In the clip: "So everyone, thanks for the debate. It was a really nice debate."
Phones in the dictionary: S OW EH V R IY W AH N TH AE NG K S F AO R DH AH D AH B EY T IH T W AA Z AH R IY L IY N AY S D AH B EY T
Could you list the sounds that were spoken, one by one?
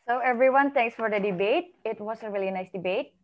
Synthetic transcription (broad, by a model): S OW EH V R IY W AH N T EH NG K S F AO R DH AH D AH B EY T IH T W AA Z AH R IY L IY N AY S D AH B EY T